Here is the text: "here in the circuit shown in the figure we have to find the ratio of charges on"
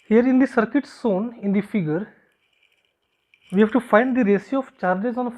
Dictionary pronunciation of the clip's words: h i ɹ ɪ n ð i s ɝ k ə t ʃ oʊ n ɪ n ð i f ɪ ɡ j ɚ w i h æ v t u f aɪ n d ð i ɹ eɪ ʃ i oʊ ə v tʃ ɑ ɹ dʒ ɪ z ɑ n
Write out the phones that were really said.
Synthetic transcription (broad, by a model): h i ɹ ɪ n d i s ɝ k ə t s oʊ n ɪ n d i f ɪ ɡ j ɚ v i h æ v t u f aɪ n d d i ɹ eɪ s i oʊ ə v tʃ ɑ ɹ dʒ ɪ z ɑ n